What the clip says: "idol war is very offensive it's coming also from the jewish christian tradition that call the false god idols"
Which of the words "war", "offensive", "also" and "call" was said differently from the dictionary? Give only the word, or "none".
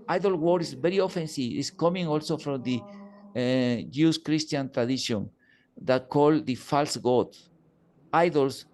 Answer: offensive